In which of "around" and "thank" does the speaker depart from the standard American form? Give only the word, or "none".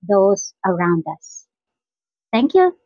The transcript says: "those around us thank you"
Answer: thank